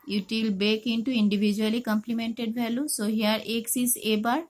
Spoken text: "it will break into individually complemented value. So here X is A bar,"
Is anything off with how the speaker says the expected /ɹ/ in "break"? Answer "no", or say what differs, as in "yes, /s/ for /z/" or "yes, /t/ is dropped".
yes, /ɹ/ is dropped